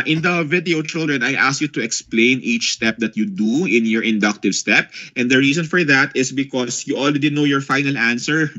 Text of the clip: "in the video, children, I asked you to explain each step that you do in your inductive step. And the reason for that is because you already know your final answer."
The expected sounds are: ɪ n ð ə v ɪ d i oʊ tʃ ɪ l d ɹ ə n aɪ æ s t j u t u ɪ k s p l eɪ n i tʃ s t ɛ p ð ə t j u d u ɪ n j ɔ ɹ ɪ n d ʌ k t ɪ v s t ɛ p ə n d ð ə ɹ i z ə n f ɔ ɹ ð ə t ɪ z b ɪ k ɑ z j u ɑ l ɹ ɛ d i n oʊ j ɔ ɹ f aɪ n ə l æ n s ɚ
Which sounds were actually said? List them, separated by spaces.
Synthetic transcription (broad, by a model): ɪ n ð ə v ɪ d i oʊ tʃ ɪ l d ɹ ə n aɪ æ s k j u t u ɪ k s p l eɪ n i tʃ s t ɛ p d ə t j u d u ɪ n j ɔ ɹ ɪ n d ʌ k t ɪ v s t ɛ p ə n d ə ɹ i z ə n f ɔ ɹ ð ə t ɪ s b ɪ k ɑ s j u ɑ l ɹ ɛ d i n oʊ j ɔ ɹ f aɪ n ə l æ n s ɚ